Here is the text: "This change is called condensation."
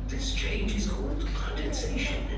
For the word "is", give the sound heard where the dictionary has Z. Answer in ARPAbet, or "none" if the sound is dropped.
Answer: Z